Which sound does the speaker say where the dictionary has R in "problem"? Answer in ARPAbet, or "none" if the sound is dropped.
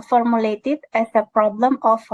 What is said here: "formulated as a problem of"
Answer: R